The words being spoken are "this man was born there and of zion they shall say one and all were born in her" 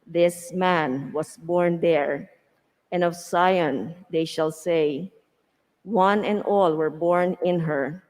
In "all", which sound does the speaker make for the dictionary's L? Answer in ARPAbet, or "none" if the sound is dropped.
L